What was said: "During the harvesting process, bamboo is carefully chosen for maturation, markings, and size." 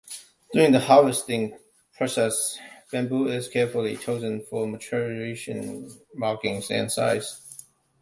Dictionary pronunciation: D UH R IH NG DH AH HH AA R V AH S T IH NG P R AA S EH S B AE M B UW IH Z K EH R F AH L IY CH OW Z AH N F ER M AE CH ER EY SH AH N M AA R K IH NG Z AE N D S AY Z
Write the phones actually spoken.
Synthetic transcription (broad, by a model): D UH R IH NG DH AH HH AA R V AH S T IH NG P R AA S EH S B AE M B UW IH Z K EH R F AH L IY CH OW Z AH N F ER M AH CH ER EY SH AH N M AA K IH NG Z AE N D S AY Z